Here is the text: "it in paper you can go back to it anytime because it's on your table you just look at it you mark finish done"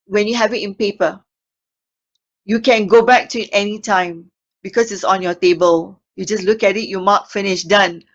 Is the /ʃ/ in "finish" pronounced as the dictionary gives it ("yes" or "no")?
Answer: yes